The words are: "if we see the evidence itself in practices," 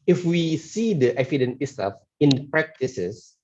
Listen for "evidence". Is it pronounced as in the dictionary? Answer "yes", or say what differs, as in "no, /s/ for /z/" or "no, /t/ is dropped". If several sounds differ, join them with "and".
no, /f/ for /v/ and /s/ is dropped